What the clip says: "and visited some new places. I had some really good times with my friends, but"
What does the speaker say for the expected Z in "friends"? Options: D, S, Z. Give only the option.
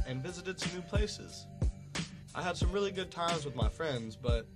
Z